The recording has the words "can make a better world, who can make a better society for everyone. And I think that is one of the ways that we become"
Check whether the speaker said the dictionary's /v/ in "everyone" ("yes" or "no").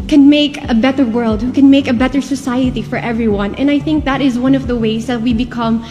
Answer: yes